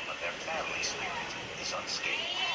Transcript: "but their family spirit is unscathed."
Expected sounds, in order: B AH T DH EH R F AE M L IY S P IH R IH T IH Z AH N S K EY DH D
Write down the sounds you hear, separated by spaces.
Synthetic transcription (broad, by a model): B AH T DH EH R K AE L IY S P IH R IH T IH Z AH N S K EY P